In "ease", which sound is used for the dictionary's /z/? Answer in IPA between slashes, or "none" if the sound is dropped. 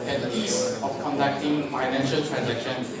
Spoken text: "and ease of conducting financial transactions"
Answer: /s/